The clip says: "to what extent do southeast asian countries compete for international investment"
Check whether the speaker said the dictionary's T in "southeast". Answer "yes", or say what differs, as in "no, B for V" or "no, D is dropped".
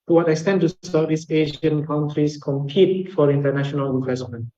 no, T is dropped